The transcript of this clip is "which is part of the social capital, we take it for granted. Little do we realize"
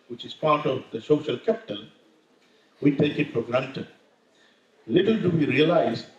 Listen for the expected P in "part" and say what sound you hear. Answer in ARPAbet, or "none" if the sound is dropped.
P